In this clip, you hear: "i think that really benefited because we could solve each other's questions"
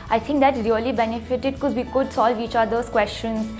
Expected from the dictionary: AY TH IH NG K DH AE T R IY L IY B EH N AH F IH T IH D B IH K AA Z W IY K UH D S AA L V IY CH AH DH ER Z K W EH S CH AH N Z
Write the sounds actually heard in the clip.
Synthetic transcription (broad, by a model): AY T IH NG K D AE T R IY L IY B EH N AH F IH T IH D K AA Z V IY K UH D S AA L V IY CH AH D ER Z K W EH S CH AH N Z